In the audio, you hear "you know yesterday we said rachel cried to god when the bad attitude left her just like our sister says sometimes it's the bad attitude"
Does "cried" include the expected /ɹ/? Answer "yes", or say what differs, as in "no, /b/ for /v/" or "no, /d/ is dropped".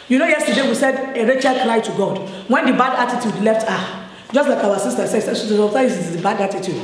no, /l/ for /ɹ/